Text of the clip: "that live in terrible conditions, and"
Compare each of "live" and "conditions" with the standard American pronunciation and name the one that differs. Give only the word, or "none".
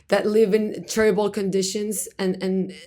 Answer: none